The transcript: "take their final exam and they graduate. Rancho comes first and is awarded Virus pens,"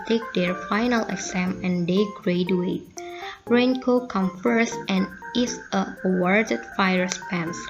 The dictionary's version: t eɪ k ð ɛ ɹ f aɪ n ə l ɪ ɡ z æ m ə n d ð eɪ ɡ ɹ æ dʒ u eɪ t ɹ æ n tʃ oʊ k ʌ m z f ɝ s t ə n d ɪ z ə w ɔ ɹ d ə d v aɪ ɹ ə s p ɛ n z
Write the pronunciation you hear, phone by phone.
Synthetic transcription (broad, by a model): t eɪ k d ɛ ɹ f aɪ n ə l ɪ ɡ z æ m ə n d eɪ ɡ ɹ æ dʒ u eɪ t ɹ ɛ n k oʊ k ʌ m f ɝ s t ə n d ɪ s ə w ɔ ɹ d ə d f aɪ ɹ s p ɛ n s